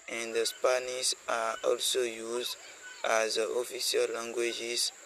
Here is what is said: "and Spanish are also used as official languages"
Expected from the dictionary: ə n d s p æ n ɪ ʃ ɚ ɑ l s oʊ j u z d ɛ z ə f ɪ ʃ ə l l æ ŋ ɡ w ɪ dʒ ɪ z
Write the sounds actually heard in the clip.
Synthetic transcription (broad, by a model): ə n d s p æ n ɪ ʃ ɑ ɑ l s oʊ j u z d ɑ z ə f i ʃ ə l l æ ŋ ɡ w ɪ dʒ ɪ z